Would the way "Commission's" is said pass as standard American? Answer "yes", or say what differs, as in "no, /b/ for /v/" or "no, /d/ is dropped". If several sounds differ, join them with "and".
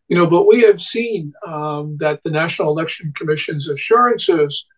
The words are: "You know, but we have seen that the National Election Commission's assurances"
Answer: yes